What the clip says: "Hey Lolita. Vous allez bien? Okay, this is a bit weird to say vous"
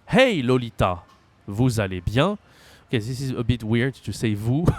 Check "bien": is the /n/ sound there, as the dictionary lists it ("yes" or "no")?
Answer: no